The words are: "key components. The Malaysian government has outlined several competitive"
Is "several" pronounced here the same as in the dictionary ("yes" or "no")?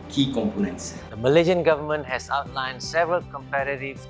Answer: yes